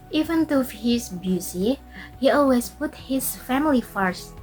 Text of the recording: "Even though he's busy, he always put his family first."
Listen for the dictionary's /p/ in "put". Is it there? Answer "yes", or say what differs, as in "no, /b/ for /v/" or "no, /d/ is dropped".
yes